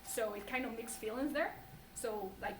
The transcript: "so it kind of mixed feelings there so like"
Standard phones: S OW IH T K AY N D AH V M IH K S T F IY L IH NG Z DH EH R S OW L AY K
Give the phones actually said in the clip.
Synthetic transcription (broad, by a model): S OW IH T K AY N D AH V M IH K S F IY L IH NG Z DH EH R S OW L AY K